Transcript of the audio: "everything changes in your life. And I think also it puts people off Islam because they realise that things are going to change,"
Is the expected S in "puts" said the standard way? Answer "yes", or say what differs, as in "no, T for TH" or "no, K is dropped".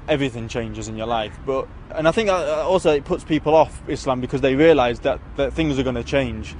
yes